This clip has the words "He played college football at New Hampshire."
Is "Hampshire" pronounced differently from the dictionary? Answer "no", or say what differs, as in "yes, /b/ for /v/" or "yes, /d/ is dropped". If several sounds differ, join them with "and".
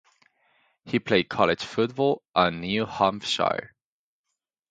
yes, /f/ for /p/